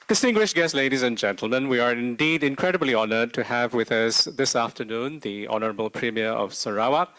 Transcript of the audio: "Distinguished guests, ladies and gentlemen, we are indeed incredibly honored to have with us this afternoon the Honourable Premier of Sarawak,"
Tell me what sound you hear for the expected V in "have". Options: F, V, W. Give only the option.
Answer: V